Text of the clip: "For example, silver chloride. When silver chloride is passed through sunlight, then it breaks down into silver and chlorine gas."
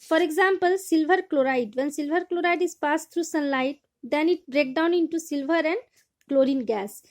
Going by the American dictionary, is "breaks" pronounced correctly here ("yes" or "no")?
no